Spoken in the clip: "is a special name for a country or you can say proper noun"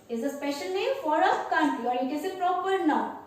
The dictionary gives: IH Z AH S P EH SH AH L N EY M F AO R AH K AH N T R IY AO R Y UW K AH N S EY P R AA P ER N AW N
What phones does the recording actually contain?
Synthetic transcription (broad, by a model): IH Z AH S P EH SH AH L N EY M F AO R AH K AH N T IY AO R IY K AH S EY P R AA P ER N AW